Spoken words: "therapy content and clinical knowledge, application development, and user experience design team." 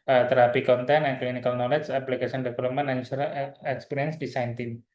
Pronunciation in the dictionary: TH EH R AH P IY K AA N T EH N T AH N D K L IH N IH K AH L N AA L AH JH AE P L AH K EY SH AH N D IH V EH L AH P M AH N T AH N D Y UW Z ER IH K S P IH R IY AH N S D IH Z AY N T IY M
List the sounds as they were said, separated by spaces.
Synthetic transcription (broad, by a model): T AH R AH P IY K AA N T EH N AH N K L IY N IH K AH L N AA L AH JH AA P L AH K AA S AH N D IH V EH L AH P M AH N AH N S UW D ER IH K S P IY R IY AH N S D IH S AY N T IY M